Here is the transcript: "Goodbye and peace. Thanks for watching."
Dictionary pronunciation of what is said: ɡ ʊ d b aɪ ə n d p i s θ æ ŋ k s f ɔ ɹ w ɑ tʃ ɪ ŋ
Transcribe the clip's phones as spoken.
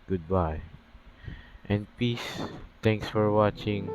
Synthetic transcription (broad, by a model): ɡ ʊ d b aɪ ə n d p i s t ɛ ŋ k s f ɔ ɹ w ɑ tʃ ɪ ŋ